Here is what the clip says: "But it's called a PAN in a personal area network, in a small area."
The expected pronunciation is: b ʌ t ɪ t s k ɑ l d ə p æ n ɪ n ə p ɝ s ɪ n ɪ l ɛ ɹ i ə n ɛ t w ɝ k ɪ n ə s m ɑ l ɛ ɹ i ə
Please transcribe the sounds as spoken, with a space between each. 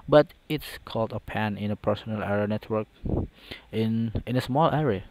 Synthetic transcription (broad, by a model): b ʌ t ɪ t s k ɑ l d ə p æ n ɪ n ə p ɝ s ɪ n ɪ l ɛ ɹ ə n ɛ t w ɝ k ɪ n ə s m ɑ l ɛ ɹ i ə